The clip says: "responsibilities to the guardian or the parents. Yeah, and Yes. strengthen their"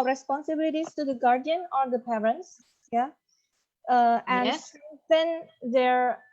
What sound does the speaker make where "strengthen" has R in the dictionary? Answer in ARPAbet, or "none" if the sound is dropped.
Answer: none